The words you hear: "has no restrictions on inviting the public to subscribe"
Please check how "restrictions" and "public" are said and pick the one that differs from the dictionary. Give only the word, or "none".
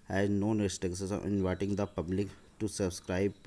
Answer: restrictions